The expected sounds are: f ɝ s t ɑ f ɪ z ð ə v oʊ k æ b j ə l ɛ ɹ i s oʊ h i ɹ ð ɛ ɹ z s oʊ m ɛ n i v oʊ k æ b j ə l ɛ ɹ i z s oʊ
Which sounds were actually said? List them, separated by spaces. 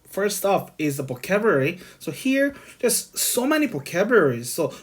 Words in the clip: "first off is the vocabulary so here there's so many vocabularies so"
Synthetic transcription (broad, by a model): f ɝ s t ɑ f ɪ z ð ə p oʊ k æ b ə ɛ ɹ i s oʊ h i ɹ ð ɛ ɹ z s oʊ m ɛ n i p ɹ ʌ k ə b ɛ ɹ i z s oʊ